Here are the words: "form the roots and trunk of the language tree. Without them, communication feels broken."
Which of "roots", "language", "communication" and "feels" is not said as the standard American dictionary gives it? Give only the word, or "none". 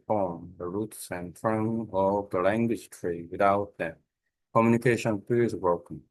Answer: feels